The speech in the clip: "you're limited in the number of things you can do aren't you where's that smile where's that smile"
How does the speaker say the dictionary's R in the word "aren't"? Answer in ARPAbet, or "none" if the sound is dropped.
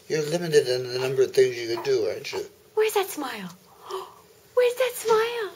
none